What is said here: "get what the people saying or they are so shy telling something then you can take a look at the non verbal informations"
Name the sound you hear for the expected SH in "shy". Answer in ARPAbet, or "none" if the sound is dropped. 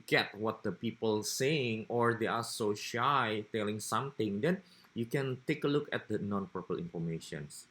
SH